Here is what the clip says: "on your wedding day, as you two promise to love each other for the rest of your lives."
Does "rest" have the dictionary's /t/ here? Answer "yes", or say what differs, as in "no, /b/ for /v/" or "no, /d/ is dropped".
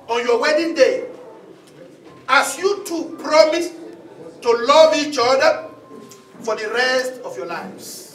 yes